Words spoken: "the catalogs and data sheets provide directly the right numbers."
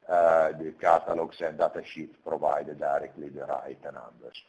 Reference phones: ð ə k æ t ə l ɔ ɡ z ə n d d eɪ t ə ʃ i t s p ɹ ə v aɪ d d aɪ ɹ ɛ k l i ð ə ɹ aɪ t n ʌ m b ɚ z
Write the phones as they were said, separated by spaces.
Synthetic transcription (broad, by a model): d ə k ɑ t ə l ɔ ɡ s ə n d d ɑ t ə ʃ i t p ɹ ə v aɪ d d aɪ ɹ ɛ k l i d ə ɹ aɪ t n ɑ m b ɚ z